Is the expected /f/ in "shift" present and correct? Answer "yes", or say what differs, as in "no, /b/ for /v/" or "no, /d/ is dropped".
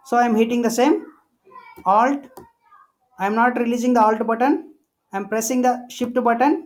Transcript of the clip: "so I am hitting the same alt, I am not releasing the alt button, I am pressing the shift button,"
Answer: no, /p/ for /f/